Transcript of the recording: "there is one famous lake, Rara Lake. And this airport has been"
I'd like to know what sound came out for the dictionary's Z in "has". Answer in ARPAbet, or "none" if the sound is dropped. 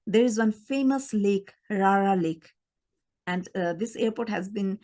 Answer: Z